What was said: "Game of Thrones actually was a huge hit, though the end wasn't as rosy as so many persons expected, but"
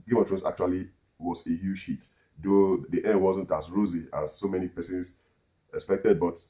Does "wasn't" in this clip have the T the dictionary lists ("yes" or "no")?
yes